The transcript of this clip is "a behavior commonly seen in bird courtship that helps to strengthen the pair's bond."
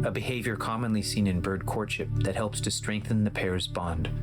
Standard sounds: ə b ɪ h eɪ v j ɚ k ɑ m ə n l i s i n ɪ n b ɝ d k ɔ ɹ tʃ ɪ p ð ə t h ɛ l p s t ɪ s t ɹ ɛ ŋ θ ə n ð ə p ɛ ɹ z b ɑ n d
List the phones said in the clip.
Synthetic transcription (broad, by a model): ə b ɪ h eɪ v j ɚ k ɑ m ə n l i s i n ɪ n b ɝ d k ɔ ɹ tʃ ɪ p ð ə t h ɛ l p s t ɪ s t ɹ ɛ ŋ θ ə n ð ə p ɛ ɹ z b ɑ n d